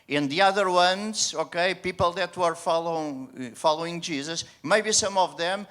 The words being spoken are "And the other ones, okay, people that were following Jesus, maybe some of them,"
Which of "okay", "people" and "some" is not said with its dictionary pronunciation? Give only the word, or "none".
none